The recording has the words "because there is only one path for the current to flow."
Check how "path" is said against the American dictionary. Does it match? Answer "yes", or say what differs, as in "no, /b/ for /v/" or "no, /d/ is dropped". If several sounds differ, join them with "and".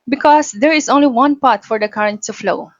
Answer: no, /t/ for /θ/